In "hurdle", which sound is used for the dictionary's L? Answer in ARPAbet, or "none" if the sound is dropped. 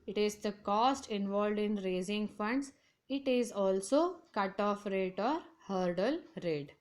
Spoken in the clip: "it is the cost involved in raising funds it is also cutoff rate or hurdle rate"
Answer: L